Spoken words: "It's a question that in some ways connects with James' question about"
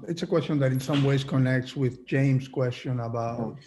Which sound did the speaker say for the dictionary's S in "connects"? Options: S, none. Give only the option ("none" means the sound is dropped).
S